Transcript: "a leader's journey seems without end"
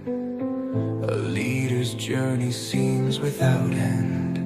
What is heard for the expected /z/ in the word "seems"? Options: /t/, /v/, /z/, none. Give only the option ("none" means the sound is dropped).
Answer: /z/